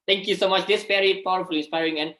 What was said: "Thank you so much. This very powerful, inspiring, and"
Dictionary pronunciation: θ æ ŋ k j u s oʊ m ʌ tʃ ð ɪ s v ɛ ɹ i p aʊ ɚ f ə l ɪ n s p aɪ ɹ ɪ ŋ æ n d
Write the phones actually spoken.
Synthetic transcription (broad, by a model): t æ ŋ k j u s oʊ m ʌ tʃ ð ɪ s p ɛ ɹ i p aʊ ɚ f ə l ɪ n s p aɪ ɹ ɪ ŋ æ n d